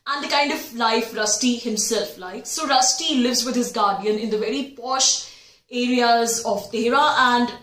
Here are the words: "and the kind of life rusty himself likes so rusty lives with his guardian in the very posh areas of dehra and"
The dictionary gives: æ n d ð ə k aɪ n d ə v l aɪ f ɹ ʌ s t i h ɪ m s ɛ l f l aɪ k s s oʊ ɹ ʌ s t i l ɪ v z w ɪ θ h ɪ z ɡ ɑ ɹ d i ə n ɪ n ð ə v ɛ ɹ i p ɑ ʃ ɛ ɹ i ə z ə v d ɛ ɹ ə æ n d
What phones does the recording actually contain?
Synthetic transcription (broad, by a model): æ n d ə k aɪ n d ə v l aɪ f ɹ ʌ s t i h ɪ m s ɛ l f l aɪ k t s oʊ ɹ ʌ s t i l ɪ v z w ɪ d h ɪ z ɡ ɑ ɹ d i ə n ɪ n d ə v ɛ ɹ i p ɑ ʃ ɛ ɹ i ə z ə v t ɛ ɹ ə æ n d